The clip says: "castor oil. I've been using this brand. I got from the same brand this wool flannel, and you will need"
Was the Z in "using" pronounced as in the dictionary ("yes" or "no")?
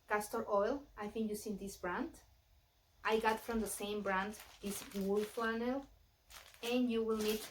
no